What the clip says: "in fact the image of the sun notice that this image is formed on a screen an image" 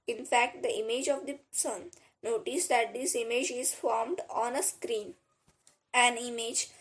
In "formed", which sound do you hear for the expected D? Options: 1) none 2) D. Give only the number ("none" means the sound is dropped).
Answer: 2